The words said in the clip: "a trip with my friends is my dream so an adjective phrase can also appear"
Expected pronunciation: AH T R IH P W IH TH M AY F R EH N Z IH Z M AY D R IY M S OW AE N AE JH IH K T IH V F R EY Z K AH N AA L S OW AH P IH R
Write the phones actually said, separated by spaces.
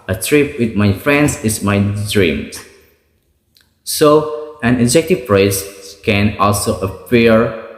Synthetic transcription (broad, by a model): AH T R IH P W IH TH M AY F R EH N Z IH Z M AY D R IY M S OW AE N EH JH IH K T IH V P R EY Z K AH N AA L S OW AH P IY R